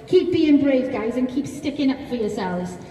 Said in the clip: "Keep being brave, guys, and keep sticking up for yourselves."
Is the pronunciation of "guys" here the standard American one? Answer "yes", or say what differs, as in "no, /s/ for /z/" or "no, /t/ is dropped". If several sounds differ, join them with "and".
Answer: yes